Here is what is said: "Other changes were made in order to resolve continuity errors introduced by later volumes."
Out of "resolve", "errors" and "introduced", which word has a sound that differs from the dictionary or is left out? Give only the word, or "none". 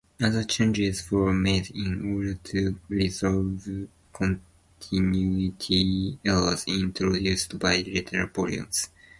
errors